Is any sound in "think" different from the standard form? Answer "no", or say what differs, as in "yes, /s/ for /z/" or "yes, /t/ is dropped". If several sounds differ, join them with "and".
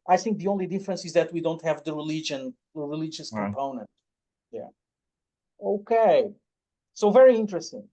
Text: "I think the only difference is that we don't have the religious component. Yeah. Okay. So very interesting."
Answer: no